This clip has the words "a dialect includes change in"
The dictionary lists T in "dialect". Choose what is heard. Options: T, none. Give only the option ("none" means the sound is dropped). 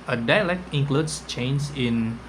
T